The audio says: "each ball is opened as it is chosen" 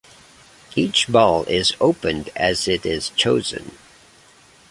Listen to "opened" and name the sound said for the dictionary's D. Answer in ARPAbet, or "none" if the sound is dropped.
D